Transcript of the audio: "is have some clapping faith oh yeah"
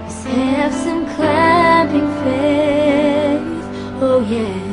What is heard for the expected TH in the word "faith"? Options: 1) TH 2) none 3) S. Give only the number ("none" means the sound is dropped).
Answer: 3